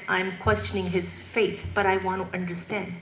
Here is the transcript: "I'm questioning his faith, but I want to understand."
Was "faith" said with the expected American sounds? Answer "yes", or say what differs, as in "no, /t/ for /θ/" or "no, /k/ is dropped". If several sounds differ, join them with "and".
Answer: yes